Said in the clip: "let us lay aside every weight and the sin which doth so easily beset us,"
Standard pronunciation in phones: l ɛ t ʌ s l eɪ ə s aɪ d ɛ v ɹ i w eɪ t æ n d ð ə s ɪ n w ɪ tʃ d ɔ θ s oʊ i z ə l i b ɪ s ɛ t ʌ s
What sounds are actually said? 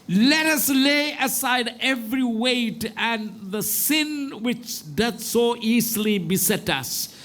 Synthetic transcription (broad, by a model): l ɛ t ʌ s l eɪ ə s aɪ d ɛ v ɹ i w eɪ t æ n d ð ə s ɪ n w ɪ tʃ d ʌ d s oʊ i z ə l i b ɪ s ɛ t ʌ s